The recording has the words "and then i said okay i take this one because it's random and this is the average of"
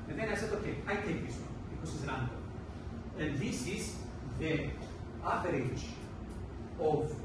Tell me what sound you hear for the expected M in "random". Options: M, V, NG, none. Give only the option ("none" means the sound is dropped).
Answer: none